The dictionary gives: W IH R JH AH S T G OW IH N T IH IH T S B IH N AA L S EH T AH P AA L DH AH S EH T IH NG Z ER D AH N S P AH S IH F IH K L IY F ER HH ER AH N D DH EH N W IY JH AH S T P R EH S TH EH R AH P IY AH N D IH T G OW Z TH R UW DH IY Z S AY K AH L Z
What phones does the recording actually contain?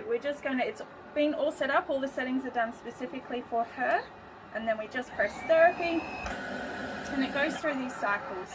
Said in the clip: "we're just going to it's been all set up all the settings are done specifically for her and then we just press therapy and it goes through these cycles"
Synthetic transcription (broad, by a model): W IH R JH AH S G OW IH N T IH IH T S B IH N AA L S EH T AH P AA L DH AH S EH T IH NG Z ER D AH N S P AH S IH F IH K L IY F ER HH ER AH N DH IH N W IY JH AH S P R EH S TH EH R AH P IY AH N IH T G OW Z TH R UW DH IY Z S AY K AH L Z